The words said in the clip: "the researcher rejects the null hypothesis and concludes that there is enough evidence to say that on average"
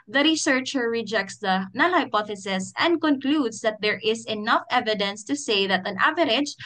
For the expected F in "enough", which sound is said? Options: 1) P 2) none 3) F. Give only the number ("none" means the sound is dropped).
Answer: 3